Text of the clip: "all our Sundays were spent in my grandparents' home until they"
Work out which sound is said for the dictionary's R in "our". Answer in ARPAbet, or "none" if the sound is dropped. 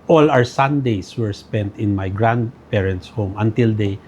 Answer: W